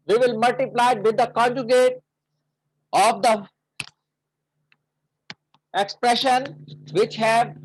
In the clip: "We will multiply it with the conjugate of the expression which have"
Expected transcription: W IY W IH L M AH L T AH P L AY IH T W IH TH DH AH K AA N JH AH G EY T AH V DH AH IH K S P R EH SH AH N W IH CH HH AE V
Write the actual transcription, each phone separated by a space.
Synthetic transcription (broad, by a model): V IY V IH L M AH L T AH P L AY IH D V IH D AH K AA N JH AH G EY T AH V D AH IH K S P R EH SH AH N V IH CH HH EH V